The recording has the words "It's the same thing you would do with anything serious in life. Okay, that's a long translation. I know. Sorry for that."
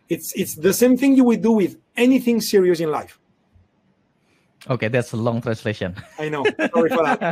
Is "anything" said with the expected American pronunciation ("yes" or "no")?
yes